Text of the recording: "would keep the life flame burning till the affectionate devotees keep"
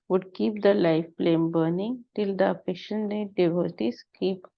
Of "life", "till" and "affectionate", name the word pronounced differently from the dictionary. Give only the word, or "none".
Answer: affectionate